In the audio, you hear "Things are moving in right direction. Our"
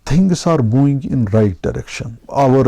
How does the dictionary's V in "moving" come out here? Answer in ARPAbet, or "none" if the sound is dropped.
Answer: none